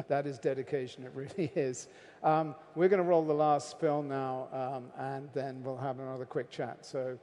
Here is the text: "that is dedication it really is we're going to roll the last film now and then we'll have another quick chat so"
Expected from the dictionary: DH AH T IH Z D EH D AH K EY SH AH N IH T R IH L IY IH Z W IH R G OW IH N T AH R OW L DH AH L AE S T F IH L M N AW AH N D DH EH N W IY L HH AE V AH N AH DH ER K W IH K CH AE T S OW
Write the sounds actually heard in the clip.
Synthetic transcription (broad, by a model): DH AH T IH Z D EH D AH K EY SH AH N IH T R IH L IY IH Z W IH R G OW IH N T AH R OW L DH AH L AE S T P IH L N AW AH N DH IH N W IY L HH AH V AH N AH DH ER K W IH K CH AE T S OW